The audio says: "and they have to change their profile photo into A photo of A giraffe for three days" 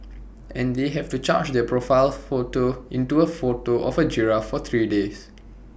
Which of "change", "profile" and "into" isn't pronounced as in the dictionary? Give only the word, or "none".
change